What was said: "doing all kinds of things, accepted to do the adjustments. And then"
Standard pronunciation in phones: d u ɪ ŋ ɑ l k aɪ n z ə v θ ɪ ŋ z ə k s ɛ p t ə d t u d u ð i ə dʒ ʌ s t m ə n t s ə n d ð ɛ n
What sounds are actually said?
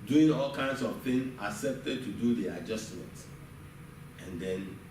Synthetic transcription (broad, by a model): d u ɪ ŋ ɑ l k aɪ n s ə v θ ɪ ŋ ə k s ɛ p t ə d t u d u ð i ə dʒ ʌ s t m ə n t ə n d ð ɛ n